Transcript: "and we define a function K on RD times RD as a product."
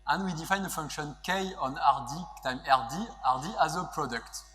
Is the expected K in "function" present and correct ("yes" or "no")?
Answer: yes